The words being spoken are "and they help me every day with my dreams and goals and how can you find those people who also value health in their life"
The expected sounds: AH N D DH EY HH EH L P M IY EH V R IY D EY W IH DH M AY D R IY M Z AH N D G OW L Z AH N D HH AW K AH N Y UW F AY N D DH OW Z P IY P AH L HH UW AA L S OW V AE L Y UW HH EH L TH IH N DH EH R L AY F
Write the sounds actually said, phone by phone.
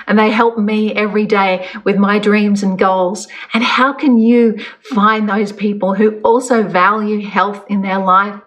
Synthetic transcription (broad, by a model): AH N DH EY HH EH L P M IY EH V R IY D EY W IH DH M AY D R IY M Z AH N G OW L Z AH N HH AW K AH N Y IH F AY N DH OW Z P IY P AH L HH UW AA L S OW V AE L Y UW HH EH L TH IH N DH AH R L AY F